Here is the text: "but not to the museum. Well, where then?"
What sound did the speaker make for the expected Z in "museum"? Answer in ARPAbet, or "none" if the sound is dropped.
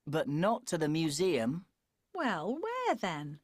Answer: Z